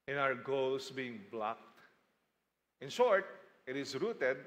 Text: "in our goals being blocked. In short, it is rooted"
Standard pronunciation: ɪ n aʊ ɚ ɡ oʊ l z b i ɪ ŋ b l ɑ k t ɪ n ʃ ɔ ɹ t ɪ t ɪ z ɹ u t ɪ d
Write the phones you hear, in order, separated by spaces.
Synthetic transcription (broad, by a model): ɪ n aʊ ɚ ɡ oʊ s b i ɪ ŋ b l ɑ k t ɪ n ʃ ɔ ɹ t ɪ t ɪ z ɹ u t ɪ d